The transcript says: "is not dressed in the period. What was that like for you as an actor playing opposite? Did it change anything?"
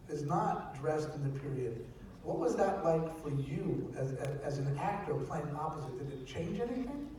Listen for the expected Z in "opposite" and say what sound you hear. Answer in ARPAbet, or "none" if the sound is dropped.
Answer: Z